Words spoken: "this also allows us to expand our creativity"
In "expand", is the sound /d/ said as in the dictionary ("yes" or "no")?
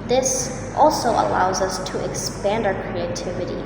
yes